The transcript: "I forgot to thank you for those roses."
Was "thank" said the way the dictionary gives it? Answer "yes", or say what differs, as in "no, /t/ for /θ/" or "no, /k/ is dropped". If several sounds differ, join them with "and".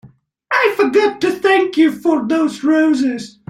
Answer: yes